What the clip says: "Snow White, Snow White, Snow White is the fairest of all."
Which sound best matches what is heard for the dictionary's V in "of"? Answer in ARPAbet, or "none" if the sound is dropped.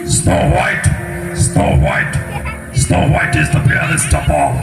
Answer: P